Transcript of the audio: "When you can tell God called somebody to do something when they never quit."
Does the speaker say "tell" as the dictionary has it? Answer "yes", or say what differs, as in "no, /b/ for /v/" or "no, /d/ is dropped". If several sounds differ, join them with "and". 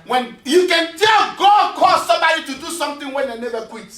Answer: yes